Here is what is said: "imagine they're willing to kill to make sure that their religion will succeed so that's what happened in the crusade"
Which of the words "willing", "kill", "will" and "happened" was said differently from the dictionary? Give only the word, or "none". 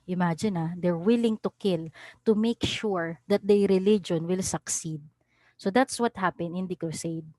happened